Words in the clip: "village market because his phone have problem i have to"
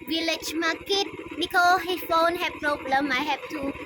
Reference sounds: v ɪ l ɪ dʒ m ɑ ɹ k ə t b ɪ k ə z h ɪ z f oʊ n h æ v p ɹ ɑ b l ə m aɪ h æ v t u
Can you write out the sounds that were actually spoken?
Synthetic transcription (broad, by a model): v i l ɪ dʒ m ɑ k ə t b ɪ k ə h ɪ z f oʊ n h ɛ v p ɹ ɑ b l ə m aɪ h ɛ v t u